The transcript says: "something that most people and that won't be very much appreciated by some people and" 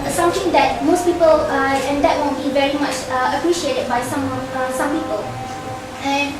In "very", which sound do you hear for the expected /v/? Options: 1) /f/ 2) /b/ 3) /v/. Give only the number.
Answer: 3